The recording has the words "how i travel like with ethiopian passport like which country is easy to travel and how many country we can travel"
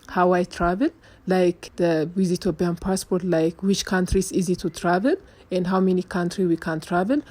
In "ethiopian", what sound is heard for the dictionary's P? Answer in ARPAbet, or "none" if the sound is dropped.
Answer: B